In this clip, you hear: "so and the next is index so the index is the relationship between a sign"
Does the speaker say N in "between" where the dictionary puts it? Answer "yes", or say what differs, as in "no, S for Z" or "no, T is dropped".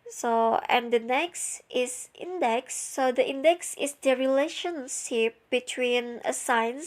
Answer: yes